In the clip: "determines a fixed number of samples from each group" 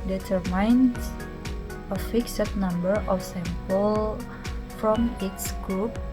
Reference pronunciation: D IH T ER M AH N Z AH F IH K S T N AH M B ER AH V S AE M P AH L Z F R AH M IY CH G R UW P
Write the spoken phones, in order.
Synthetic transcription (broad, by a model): D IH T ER M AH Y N AH F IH K S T N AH M B ER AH F S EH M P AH L F R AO M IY S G R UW P